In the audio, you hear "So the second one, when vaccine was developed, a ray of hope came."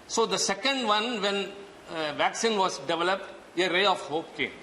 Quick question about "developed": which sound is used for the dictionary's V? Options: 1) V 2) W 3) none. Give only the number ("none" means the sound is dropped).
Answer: 1